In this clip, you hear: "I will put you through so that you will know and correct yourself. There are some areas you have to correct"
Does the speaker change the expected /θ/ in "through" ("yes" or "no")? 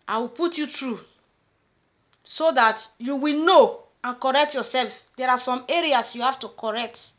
yes